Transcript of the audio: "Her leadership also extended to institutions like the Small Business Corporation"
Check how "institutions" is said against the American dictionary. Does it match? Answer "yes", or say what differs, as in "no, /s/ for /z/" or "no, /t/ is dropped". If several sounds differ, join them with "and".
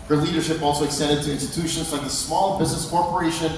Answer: yes